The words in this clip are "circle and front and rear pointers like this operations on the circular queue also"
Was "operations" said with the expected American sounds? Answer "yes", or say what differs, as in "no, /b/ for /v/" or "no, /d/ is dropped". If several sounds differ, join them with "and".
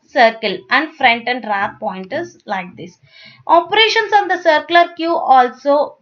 no, /s/ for /z/